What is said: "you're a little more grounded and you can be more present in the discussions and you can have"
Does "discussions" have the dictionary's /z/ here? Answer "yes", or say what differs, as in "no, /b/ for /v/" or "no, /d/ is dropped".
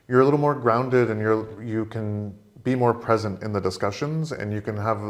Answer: yes